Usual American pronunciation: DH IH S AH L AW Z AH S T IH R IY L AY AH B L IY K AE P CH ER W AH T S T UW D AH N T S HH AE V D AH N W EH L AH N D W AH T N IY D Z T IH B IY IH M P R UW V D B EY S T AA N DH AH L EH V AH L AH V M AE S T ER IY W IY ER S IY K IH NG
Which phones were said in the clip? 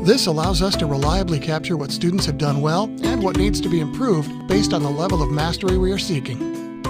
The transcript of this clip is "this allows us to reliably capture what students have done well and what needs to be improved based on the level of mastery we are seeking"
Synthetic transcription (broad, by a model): DH IH S AH L AW Z AH S T IH R IY L AY AH B L IY K AE P CH ER W AH T S T UW D N T S HH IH V D AH N W EH L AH N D W AH T N IY D Z T IH B IY IH M P R UW V D B EY S T N DH AH L EH V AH L AH V M AE S T ER IY W IY ER S IY K IH NG